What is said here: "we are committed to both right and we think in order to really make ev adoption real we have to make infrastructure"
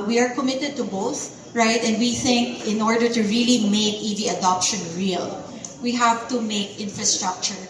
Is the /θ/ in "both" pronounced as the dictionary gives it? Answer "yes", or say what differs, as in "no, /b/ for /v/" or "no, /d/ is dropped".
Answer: yes